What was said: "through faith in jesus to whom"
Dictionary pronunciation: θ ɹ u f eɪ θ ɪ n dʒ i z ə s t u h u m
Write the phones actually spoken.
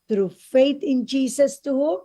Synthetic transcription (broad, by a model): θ ɹ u f eɪ t ɪ n dʒ i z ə s t u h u